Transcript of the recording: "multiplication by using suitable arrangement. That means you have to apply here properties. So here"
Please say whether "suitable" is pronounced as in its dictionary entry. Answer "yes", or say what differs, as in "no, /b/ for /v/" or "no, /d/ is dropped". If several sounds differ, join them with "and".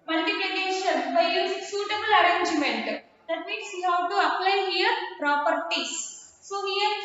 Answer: yes